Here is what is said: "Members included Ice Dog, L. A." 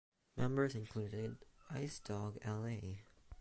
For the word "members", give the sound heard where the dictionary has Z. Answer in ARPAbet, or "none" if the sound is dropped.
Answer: Z